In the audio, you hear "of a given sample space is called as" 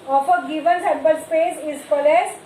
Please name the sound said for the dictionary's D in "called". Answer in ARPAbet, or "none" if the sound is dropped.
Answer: none